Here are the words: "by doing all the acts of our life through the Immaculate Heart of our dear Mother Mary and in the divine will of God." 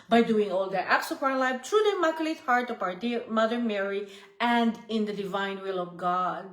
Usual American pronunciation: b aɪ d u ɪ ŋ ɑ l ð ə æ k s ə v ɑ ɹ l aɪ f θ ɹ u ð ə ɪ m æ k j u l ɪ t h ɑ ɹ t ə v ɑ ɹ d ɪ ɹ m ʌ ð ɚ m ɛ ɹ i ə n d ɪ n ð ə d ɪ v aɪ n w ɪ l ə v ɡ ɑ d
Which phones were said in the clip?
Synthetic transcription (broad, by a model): b aɪ d u ɪ ŋ ɑ l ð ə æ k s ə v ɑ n l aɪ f t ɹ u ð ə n m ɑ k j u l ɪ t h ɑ ɹ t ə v ɑ ɹ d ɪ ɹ m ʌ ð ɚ m ɛ ɹ i ə n d ɪ n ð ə d ɪ v aɪ n w ɪ l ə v ɡ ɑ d